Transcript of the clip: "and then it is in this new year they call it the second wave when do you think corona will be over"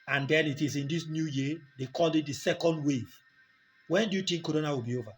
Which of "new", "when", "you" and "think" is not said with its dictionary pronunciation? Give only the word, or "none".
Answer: think